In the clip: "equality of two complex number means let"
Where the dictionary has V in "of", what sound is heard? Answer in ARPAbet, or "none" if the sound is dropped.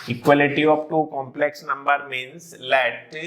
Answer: P